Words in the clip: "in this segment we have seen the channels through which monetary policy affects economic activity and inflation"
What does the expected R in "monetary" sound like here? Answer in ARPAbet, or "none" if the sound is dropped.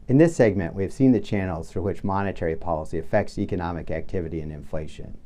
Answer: R